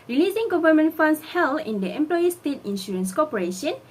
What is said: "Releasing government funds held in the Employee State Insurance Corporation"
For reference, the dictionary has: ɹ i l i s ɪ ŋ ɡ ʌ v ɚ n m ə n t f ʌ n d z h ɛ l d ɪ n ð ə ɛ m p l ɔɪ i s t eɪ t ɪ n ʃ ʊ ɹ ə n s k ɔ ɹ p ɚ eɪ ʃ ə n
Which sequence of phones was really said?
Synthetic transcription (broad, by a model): ɹ i l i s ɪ ŋ ɡ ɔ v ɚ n m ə n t f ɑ n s h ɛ l ɪ n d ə ɛ m p l ɔɪ i s t eɪ t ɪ n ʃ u ɹ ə n s k ɔ p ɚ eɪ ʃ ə n